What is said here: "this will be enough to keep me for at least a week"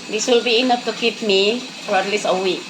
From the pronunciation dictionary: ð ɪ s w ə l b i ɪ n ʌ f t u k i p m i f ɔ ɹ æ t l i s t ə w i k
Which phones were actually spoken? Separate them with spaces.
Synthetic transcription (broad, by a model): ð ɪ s w ə l b i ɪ n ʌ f t u k i p m i f ɔ ɹ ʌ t l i s ə w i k